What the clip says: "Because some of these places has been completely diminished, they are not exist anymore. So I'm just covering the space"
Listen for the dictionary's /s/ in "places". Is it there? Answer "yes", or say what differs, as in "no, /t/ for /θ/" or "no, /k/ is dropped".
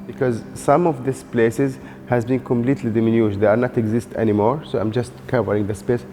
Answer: yes